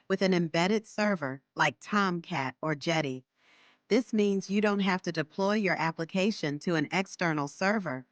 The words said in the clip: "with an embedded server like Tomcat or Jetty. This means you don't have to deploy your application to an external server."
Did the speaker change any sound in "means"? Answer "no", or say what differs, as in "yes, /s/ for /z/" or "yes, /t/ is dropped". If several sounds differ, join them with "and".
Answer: no